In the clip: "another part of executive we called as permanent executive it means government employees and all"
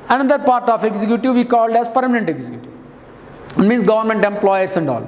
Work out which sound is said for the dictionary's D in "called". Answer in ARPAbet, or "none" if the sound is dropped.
D